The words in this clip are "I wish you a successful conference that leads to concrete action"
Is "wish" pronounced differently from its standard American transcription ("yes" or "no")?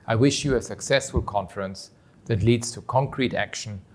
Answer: no